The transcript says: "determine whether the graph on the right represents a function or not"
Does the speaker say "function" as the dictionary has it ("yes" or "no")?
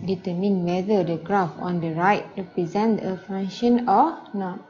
no